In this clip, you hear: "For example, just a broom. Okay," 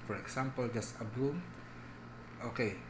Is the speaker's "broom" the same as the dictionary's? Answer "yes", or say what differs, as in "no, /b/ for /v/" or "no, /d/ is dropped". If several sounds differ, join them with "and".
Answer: no, /ɹ/ is dropped